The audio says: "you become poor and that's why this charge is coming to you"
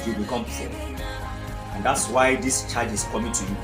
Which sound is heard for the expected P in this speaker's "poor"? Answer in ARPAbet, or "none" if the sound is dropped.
F